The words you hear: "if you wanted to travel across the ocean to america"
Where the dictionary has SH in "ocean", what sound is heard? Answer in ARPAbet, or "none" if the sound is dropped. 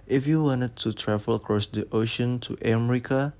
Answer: SH